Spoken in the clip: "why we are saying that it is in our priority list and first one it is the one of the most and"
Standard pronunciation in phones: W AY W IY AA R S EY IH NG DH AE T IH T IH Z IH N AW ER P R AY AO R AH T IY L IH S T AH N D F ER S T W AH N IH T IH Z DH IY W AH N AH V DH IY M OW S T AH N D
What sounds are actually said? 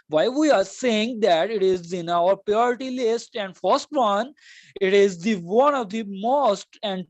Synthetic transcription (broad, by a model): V AY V IY AA R S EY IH NG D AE T IH T IH Z IH N AW ER P R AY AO R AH T IY L IH S T AH N D F ER S T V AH N IH T IH Z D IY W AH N AH V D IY M OW S T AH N D